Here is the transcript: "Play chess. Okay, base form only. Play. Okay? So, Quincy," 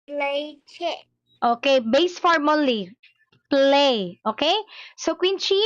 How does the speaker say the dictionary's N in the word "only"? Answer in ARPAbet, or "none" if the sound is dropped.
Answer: none